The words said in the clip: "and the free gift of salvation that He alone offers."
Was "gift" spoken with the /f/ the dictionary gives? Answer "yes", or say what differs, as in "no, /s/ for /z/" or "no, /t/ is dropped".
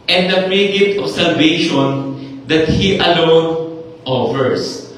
no, /f/ is dropped